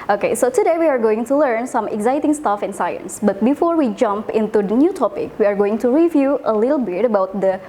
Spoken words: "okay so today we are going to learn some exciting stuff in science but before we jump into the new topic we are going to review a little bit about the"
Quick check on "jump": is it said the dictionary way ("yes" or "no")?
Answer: yes